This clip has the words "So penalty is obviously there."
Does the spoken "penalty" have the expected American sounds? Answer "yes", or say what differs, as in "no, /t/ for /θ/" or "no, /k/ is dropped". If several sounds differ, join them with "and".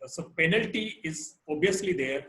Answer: yes